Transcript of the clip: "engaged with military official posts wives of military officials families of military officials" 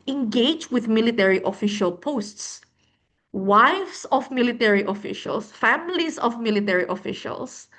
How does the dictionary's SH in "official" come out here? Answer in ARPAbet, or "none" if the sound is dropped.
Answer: SH